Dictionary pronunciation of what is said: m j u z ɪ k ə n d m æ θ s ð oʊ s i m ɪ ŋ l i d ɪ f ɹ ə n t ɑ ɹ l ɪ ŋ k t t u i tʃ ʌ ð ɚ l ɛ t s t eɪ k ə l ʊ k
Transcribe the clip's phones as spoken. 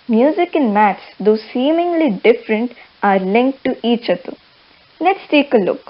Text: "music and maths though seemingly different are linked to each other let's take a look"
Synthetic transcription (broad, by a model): m j u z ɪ k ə n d m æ t s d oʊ s i m ɪ ŋ l i d ɪ f ɹ ə n t ɑ ɹ l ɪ ŋ k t t u i tʃ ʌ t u n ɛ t s t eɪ k ə l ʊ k